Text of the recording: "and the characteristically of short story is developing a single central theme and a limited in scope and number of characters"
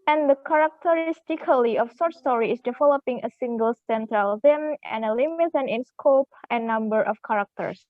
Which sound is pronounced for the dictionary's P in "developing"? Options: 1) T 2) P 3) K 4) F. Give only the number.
2